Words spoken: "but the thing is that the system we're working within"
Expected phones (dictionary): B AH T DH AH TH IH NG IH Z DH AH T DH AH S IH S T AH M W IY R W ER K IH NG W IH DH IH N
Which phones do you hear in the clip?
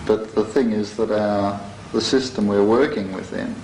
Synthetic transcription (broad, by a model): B AH T DH AH TH IH NG IH Z DH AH T DH AH S IH S T AH M W IY R W ER K IH NG W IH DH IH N